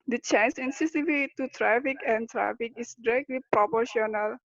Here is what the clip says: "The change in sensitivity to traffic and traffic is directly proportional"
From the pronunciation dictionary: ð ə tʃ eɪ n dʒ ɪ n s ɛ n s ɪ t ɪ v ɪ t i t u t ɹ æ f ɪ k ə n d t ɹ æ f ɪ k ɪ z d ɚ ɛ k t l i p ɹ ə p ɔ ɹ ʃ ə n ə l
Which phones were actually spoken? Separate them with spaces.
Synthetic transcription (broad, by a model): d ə tʃ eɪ n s ɪ n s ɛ s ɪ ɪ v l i t u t ɹ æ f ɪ k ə n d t ɹ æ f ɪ k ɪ s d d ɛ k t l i p ɹ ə p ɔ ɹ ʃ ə n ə l